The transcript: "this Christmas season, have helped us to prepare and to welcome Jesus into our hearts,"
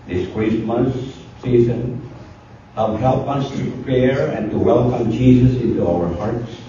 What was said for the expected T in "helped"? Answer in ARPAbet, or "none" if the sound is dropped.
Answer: none